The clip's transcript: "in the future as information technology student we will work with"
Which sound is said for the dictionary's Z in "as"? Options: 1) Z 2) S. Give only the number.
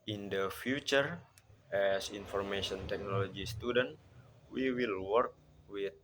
2